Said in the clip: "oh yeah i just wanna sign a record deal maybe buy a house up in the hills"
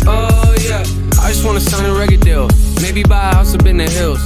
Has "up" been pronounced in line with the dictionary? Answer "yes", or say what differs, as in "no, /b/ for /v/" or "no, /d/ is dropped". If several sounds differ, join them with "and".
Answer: no, /b/ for /p/